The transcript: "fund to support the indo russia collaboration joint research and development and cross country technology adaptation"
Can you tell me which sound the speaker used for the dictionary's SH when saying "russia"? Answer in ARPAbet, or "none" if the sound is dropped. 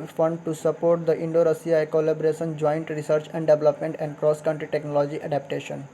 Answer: S